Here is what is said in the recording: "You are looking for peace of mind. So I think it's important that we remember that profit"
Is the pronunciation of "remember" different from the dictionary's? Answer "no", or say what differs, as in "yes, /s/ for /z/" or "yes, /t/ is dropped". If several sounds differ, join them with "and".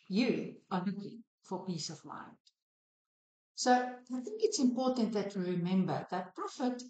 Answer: no